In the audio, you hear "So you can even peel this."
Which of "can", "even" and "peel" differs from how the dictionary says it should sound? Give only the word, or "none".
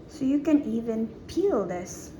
none